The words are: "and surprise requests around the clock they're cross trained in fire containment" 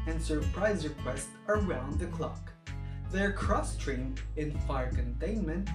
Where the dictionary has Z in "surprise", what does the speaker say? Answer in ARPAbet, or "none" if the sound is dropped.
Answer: Z